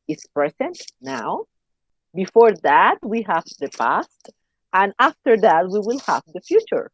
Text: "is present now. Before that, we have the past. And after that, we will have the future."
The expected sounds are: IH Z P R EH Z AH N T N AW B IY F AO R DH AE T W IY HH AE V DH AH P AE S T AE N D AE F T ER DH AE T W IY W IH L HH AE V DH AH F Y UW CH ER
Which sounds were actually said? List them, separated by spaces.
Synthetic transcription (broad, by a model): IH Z P R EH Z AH N T N AW B IY F AO R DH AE T W IY HH AE V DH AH P AE S T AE N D AE F T ER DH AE T W IY W IH L HH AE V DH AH F Y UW CH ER